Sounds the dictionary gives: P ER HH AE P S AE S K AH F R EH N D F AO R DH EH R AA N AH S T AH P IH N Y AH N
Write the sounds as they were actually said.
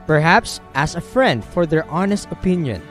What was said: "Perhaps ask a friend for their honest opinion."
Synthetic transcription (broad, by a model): P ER HH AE P S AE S AH F R EH N D F AO R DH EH R AA N AH S T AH P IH N Y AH N